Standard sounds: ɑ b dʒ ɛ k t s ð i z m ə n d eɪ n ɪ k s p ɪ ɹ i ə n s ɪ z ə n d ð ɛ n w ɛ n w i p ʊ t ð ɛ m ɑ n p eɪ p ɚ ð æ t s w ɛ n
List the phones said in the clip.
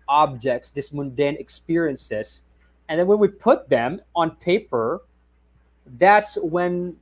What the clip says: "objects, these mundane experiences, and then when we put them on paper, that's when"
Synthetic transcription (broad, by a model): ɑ b dʒ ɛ k t s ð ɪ s m ə n d eɪ n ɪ k s p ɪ ɹ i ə n s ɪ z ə n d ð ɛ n w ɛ n w i p ʊ t ð ɛ m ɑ n p eɪ p ɚ ð æ t s w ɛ n